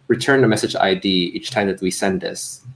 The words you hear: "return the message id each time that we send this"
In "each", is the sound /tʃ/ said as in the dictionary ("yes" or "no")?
yes